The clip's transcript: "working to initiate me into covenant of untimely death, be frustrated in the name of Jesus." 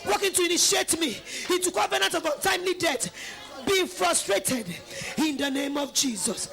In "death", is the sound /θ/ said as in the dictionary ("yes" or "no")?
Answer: no